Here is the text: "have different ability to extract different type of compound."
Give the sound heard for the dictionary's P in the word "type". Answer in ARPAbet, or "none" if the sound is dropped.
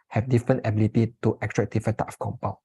none